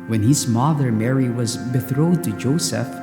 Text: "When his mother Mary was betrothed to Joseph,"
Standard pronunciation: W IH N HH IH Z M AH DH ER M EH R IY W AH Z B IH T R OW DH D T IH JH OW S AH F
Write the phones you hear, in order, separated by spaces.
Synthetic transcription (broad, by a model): W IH N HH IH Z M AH DH ER M EH R IY W AH Z B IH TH R OW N T IH JH OW S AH F